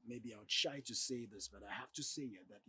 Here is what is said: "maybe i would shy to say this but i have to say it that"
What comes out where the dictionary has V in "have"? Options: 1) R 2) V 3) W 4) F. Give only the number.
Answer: 4